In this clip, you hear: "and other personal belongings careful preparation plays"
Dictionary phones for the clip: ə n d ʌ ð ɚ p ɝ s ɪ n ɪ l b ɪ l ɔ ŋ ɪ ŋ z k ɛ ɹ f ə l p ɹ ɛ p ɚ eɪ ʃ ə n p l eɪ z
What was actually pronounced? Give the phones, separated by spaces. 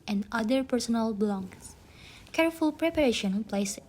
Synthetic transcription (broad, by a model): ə n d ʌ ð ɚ p ɝ s ɪ n ɪ l b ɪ l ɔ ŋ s k ɛ ɹ f ə l p ɹ ɛ p ɚ eɪ ʃ ə n p l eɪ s